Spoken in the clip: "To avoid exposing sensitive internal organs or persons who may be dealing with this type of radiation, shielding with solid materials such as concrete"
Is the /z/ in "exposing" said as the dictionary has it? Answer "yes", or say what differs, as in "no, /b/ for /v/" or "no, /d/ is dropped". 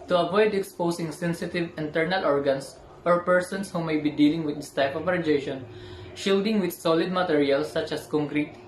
no, /s/ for /z/